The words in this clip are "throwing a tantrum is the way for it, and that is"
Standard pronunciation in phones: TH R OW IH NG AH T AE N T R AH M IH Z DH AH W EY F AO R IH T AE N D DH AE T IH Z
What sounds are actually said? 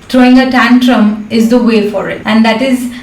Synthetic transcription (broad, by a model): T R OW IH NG AH T AE N T R AH M IH Z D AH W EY F AO R IH T AE N D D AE T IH Z